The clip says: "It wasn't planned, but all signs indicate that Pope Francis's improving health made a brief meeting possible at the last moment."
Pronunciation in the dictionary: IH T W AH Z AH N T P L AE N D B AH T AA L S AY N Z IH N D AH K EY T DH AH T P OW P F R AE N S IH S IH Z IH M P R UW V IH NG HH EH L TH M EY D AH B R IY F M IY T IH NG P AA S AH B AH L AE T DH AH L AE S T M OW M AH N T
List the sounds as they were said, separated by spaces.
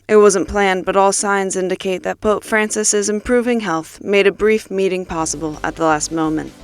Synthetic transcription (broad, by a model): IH T W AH Z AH N P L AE N B AH T AA L S AY N Z IH N D AH K EY T DH AH T P OW P F R AE N S IH S IH Z IH M P R UW V IH NG HH EH L TH M EY D AH B R IY F M IY T IH NG P AA S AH B L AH T DH AH L AE S T M OW M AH N T